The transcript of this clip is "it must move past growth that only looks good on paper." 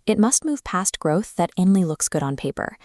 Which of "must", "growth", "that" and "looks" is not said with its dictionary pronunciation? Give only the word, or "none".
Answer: none